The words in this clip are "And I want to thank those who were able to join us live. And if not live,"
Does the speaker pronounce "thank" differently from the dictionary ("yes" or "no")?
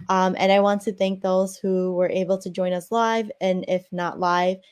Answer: no